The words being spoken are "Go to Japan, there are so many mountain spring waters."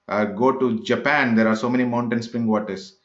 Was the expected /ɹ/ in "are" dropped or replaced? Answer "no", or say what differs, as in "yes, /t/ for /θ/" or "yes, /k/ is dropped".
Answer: no